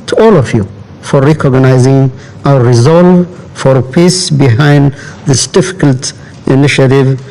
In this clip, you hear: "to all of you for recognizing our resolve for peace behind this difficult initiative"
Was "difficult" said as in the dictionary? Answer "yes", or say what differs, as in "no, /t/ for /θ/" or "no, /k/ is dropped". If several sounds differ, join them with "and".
yes